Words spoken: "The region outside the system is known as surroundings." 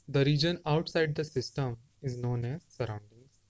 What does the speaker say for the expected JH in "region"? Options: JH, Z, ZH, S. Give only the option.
JH